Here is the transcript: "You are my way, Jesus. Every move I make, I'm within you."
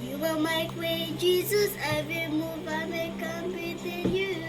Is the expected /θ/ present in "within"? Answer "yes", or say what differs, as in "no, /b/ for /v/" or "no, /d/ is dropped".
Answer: no, /t/ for /θ/